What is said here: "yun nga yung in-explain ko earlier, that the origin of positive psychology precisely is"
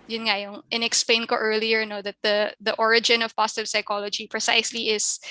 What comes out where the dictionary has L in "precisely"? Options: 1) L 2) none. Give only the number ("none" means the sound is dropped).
1